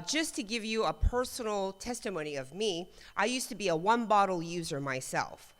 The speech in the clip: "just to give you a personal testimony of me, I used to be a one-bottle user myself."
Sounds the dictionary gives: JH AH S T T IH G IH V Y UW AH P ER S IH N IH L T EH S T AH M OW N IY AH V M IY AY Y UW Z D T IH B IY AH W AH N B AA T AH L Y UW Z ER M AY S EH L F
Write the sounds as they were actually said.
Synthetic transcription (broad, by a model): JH AH S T T IH G IH V Y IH AH P ER S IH N L T EH S T AH M OW N IY AH V M IY AY Y UW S T IH B IY AH W AH N B AA T L Y UW Z ER M AY S EH L F